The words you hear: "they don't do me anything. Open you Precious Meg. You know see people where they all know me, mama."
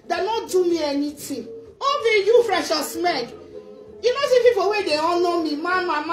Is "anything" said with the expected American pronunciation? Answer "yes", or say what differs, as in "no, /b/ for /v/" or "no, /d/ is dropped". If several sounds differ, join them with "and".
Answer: no, /t/ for /θ/